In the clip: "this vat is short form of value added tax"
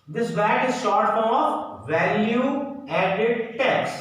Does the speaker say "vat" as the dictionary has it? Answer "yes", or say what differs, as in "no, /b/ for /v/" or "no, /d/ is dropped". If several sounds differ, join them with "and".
no, /b/ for /v/